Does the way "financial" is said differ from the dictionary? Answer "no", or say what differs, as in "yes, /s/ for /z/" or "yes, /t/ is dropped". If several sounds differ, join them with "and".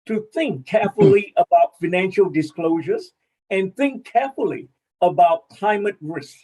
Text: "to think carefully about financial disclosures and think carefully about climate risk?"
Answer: no